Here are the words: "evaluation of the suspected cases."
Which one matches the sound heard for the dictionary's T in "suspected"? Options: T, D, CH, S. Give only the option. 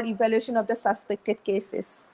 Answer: T